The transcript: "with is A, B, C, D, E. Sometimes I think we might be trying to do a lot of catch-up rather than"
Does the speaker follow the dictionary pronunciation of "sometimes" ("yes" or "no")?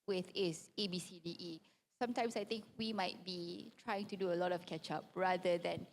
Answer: no